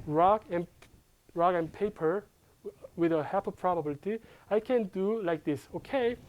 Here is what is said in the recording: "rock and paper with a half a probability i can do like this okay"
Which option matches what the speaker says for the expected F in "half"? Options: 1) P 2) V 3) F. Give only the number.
1